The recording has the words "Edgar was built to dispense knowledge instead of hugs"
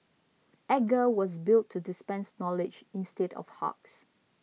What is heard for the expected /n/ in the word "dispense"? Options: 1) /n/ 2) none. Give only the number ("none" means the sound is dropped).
1